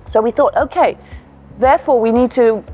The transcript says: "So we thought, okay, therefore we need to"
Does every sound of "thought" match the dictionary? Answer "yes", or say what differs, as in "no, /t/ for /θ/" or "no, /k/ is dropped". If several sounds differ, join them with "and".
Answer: yes